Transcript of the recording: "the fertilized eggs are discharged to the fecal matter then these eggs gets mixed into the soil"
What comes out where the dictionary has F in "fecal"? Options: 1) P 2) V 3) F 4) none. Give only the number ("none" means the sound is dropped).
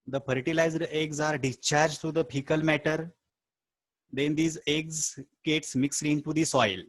1